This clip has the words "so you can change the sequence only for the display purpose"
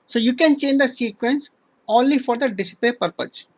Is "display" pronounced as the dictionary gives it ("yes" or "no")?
no